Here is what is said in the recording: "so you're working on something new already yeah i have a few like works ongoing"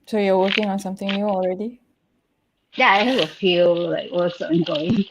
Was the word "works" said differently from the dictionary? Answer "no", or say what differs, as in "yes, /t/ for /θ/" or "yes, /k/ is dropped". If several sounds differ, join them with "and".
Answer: yes, /k/ is dropped